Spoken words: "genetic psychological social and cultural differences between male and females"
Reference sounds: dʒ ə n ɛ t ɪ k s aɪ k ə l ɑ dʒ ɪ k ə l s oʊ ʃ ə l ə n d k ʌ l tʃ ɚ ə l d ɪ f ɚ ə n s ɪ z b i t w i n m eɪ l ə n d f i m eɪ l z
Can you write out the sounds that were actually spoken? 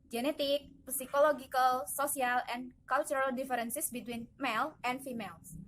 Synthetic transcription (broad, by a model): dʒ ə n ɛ t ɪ k s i k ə l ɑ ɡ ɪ k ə l s oʊ s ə l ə n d k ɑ l tʃ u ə l d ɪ f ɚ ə n s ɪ s b i t w i n m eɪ l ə n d f i m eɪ l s